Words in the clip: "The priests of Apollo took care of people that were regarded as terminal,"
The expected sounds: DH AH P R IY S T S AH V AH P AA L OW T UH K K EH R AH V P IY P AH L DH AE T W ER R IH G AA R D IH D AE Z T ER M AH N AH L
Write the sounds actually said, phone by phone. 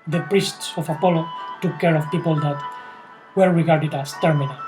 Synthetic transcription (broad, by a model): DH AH P R IY S T S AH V AH P AA L OW T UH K K EH R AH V P IY P AH L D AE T W ER R IH G AA R D IH D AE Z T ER M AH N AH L